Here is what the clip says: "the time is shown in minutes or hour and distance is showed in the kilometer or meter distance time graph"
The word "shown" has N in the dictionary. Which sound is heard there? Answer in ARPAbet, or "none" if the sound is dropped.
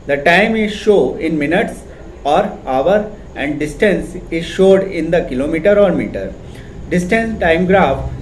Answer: none